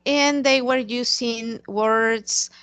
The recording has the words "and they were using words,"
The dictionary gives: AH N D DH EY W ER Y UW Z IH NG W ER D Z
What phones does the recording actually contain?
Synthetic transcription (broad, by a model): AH N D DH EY W ER Y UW S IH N W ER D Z